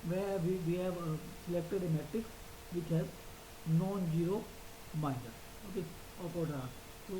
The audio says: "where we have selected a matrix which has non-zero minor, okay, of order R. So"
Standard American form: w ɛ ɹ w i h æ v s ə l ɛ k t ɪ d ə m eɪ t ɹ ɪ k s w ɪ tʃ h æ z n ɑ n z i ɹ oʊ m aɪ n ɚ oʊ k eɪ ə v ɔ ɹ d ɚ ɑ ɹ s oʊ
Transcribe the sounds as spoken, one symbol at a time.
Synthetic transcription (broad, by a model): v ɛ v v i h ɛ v s ə l ɛ k t ɪ d ə m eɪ t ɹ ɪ k s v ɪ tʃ h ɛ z n ɑ n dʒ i ɹ oʊ m aɪ n ɚ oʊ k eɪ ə p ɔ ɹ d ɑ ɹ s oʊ